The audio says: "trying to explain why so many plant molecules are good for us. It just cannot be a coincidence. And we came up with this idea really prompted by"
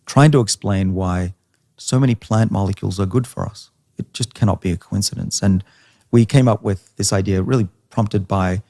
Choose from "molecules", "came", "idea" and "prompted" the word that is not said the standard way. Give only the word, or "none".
none